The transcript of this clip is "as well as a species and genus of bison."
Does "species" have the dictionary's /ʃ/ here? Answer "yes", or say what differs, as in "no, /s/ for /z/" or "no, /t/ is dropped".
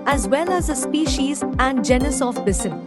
yes